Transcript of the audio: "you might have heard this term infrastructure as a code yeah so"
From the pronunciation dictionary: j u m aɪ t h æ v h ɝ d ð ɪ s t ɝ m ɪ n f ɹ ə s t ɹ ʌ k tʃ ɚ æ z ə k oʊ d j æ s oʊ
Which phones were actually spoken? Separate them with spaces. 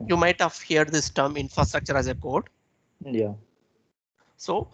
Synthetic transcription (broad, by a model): j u m aɪ t h æ v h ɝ d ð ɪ s t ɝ m ɪ n f ɹ ə s t ɹ ʌ k tʃ ɚ æ z ə k oʊ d j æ s oʊ